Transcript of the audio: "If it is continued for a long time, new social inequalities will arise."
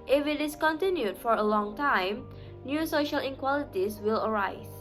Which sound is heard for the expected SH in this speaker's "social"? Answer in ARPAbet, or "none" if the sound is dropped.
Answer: SH